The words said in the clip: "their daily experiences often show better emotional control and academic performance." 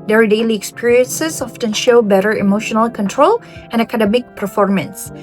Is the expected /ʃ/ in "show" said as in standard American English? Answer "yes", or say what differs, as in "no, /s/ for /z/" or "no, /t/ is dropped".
yes